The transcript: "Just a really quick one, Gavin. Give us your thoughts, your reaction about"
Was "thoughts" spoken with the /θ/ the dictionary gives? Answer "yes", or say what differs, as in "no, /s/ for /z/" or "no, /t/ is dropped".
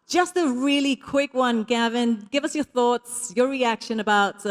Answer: yes